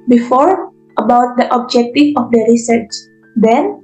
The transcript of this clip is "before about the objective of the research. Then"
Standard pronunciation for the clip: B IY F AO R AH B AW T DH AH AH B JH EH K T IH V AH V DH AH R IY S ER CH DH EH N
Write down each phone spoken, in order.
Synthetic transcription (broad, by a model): B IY F AO R AH B AW T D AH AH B JH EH K T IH F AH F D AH R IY S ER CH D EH N